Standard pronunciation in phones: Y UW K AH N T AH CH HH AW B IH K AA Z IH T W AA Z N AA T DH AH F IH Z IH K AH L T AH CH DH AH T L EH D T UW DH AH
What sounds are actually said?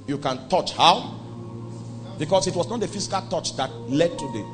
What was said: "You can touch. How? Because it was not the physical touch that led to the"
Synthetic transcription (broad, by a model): Y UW K AH N T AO CH HH AW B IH K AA S IH T W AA S N AA T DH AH F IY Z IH K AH L T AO CH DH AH T L EH D T UW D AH